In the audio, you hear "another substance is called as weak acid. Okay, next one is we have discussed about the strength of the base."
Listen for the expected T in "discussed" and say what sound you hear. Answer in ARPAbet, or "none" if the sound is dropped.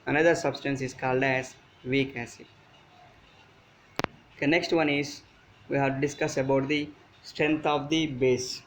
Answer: none